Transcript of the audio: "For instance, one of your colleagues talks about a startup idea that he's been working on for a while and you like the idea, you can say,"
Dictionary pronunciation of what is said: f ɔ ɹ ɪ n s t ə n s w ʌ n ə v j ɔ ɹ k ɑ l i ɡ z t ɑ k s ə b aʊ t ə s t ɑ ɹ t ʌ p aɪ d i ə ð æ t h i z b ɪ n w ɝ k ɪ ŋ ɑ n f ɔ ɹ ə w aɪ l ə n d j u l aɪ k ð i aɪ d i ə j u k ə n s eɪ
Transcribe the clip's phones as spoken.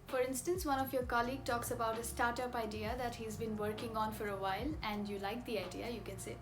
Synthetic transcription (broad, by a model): f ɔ ɹ ɪ n s t ə n s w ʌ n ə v j ɔ ɹ k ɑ l i ɡ t ɑ k s ə b aʊ t ə s t ɑ ɹ t ʌ p aɪ d i ə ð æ t h i z b ɪ n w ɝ k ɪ ŋ ɑ n f ɔ ɹ ə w aɪ l ə n d j u l aɪ k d i aɪ d i ə j u k ə n s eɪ